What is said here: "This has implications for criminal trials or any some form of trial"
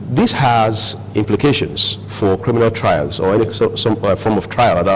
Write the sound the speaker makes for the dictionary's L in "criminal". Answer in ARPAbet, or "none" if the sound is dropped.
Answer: L